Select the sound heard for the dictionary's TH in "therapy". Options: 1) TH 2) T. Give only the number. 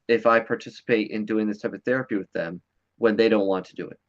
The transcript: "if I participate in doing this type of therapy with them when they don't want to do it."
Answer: 1